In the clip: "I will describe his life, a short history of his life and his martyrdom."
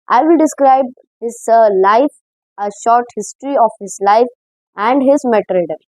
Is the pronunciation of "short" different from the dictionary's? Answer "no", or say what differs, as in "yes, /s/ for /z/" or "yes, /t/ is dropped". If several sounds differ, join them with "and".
no